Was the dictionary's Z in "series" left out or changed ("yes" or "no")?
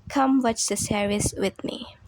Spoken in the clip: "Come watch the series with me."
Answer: yes